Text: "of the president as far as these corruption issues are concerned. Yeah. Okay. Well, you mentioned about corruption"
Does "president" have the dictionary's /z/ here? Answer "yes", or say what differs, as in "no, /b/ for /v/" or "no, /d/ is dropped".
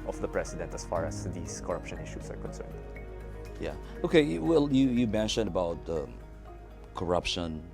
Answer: no, /s/ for /z/